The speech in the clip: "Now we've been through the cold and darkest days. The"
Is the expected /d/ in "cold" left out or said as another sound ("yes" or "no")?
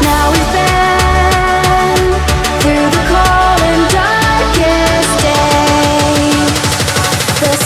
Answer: yes